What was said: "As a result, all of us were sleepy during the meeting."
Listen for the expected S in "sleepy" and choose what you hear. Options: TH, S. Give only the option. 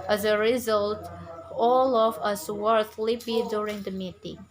TH